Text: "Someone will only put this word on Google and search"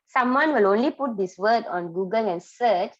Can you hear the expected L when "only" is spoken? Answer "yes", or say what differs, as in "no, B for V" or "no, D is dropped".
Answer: yes